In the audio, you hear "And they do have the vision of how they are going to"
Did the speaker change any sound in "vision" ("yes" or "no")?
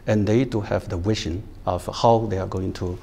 yes